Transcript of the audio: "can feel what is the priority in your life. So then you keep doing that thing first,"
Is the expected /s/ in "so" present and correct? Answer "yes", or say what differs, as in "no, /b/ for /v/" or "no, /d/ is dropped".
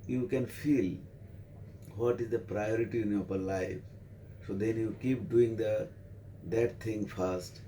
yes